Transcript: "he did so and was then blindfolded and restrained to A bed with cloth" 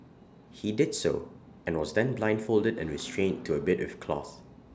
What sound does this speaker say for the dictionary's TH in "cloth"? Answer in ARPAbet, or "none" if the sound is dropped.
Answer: TH